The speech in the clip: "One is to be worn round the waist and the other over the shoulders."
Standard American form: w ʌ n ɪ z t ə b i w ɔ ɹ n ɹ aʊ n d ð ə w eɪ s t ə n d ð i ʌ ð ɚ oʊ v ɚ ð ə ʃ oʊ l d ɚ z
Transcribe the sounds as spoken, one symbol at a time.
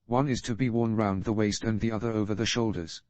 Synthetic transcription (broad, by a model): w ʌ n ɪ z t ə b i w ɔ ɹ n ɹ aʊ n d ð ə w eɪ s t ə n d ð i ʌ ð ɚ oʊ v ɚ ð ə ʃ oʊ l d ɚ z